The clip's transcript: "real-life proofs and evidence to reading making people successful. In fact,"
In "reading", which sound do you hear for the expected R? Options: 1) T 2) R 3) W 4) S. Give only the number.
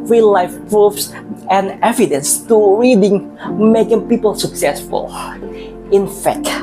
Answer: 2